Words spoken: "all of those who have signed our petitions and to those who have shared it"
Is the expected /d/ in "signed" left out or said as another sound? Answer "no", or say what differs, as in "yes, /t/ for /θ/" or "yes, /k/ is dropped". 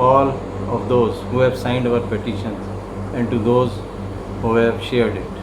no